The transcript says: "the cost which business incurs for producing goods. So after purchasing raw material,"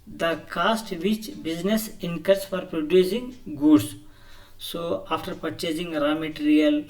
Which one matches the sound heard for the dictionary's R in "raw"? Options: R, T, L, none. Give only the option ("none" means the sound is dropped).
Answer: R